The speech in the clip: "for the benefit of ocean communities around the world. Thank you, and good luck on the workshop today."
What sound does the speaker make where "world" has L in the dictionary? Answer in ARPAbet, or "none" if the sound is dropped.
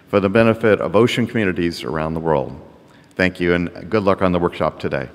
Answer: L